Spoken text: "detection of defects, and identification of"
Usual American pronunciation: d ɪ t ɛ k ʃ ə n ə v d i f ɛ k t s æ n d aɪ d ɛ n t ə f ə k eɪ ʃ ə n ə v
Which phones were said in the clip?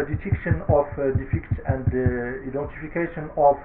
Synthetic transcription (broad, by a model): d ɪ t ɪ k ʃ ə n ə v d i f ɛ k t æ n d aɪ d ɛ n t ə f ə k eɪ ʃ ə n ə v